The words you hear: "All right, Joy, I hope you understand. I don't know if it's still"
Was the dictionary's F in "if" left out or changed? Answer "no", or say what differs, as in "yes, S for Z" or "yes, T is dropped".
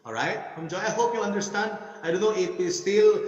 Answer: yes, P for F